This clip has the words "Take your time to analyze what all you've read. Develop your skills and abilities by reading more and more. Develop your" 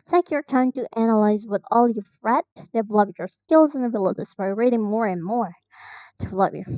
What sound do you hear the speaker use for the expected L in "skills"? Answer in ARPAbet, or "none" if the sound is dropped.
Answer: L